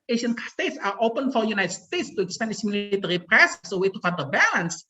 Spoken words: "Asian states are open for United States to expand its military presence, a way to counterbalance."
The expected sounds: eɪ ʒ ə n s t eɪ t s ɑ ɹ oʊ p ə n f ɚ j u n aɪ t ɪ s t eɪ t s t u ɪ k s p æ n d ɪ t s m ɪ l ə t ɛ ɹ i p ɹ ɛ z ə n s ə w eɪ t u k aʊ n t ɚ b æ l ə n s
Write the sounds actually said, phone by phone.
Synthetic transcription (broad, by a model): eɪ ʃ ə n s t eɪ t s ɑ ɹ oʊ p ə n f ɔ j u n aɪ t s t eɪ t s t u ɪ k s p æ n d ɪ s m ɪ l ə t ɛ ɹ i p ɹ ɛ s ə s ə w eɪ t u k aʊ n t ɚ b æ l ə n s